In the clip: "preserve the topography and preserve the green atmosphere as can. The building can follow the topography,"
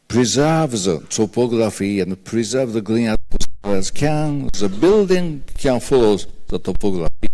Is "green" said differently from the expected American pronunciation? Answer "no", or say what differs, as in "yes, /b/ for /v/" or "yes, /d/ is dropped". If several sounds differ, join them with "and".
yes, /l/ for /ɹ/